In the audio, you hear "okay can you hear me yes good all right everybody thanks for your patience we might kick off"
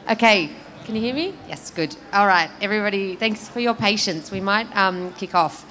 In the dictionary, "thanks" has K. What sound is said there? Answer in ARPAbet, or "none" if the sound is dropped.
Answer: K